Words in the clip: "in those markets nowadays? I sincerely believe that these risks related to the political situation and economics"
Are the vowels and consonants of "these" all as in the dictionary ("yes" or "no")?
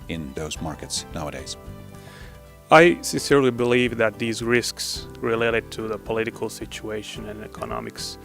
yes